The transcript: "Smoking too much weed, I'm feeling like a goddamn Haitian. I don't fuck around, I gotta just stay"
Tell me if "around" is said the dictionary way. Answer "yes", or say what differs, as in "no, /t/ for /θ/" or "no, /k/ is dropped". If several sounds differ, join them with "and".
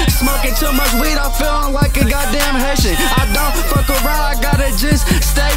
no, /n/ is dropped